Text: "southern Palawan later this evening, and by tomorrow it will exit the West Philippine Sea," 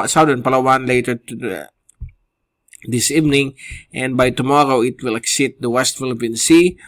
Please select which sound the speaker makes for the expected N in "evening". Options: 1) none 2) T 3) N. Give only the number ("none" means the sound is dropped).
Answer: 3